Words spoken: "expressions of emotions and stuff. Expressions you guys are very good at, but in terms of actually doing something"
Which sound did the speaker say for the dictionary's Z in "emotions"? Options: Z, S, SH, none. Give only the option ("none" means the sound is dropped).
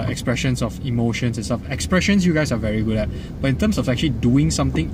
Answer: S